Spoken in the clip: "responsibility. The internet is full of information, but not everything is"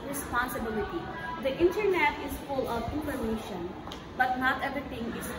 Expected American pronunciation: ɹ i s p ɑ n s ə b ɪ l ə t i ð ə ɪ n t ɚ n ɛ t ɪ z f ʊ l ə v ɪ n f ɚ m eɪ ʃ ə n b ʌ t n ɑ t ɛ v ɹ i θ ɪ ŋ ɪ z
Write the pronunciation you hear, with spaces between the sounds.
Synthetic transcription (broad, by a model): ɹ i s p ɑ n s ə b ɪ l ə t i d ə ɪ n t ɚ n ɛ t ɪ z f ʊ l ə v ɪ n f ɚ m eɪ ʃ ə n b ʌ t n ɑ t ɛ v ɹ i t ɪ ŋ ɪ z